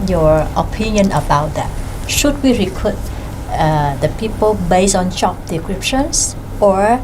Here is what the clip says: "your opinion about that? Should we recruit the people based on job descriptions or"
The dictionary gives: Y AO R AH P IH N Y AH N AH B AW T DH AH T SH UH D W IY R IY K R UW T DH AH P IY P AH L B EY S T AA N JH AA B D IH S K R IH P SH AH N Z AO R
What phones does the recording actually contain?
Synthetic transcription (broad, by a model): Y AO R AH P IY N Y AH N AH B AW T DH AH T SH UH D W IY R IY K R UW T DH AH P IY P AH L B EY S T AA N CH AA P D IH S K R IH P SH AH N S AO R